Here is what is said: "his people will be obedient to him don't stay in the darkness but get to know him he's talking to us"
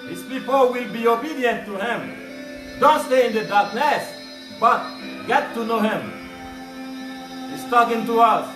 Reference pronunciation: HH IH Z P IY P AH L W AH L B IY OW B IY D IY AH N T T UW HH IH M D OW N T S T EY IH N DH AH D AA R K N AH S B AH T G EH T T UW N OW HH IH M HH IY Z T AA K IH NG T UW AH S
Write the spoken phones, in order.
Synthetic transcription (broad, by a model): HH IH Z P IY P AH L W AH L B IY OW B IY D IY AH N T T UW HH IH M D OW N T S T EY IH N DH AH D AA R K N AH S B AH T G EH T T UW N OW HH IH M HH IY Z T AA K IH NG T UW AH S